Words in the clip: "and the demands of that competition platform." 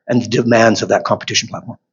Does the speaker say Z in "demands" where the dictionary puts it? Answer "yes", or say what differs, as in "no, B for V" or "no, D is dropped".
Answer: yes